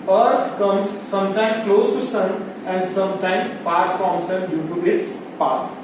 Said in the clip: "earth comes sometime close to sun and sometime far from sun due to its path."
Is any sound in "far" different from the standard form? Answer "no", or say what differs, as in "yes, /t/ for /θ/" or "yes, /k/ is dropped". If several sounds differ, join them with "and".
yes, /p/ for /f/